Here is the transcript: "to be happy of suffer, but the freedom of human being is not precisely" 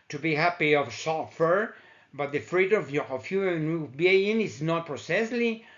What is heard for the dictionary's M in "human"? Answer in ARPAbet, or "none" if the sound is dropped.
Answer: none